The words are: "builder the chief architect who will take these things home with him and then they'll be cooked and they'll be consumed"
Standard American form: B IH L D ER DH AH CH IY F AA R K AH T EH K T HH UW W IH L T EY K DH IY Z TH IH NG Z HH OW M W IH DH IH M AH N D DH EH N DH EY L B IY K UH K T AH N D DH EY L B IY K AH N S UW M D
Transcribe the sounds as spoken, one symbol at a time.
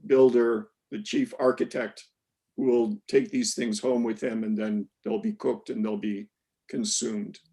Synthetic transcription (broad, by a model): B IH L D ER DH AH CH IY F AA R K AH T EH K T HH UW W IH L T EY K DH IY Z TH IH NG Z HH OW M W IH DH IH M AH N DH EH N DH EY L B IY K UH K T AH N DH EY L B IY K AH N S UW M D